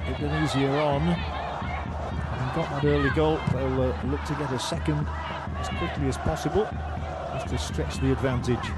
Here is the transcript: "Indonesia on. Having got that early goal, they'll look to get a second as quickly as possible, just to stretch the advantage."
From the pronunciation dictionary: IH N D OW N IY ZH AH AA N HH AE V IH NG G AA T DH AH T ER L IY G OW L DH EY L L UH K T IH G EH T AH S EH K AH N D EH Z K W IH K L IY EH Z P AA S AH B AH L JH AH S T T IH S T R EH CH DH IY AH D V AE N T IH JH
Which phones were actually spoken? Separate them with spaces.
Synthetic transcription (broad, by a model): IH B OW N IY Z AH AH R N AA IH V G AA T DH AH T ER L IY G OW L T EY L L UH K T IH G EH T AH S EH K AH N D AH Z K W IH K L IY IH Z P AA S AH B AH L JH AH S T T IH S T R EH CH DH IY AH D V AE N T IH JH